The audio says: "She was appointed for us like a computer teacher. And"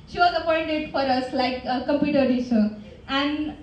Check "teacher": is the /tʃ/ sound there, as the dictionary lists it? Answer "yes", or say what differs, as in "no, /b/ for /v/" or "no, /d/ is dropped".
no, /s/ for /tʃ/